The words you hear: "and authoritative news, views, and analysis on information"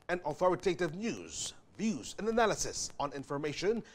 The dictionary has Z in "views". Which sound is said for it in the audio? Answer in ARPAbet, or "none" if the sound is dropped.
Z